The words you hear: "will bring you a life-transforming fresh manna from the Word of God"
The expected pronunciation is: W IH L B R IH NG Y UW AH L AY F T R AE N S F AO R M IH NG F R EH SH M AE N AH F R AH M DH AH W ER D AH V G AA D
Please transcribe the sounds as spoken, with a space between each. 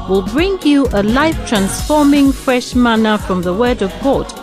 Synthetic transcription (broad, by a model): W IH L B R IH NG Y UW AH L AY F T R AE N S F AO R M IH NG F R EH SH M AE N AH F R AH M DH AH W ER D AH V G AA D